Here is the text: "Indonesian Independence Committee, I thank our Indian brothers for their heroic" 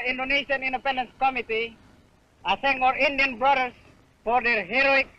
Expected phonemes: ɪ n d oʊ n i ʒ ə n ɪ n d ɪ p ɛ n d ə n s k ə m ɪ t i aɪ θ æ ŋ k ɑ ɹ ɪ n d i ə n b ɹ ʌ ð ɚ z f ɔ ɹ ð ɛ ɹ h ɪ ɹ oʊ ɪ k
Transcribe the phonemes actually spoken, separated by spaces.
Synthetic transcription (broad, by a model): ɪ n d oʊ n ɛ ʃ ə n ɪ n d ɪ p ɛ n d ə n s k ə m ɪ t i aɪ s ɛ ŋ ɑ ɹ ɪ n d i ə n b ɹ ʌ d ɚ s f ɔ ɹ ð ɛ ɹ h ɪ ɹ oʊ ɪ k